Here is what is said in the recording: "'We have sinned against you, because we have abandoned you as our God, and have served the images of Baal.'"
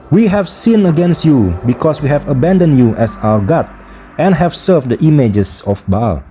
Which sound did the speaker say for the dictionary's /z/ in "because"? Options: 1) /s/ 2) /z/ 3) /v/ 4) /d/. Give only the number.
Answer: 1